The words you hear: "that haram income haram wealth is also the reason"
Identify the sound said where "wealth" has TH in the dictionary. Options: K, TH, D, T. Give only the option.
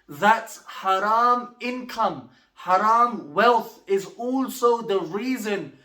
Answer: TH